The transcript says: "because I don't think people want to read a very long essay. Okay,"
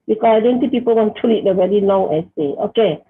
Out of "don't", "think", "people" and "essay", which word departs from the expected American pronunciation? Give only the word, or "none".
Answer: think